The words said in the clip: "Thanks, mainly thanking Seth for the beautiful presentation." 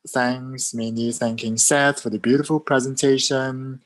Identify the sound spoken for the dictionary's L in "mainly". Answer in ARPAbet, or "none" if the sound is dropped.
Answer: none